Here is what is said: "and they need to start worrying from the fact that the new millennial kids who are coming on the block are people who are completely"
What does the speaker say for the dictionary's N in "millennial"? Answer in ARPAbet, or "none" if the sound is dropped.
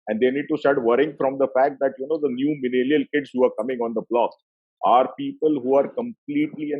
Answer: L